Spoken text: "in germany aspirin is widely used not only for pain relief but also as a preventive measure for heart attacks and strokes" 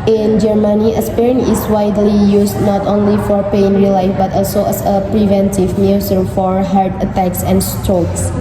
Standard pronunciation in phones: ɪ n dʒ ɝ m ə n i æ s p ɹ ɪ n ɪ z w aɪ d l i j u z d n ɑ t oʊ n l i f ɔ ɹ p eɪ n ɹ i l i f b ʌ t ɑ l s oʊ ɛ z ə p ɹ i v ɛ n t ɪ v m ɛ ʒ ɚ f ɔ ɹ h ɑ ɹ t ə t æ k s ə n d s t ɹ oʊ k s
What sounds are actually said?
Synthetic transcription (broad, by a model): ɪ n dʒ ɝ m ə n i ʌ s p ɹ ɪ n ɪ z w aɪ d l i j u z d n ɑ t oʊ n l i f ɔ ɹ p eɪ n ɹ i l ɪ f b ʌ t ɑ l s oʊ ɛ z ə p ɹ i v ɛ n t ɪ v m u s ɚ f ɔ ɹ h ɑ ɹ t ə t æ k s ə n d s t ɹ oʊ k s